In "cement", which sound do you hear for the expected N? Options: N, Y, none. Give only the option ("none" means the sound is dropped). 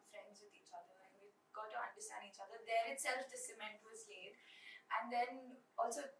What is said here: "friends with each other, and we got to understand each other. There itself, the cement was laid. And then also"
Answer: N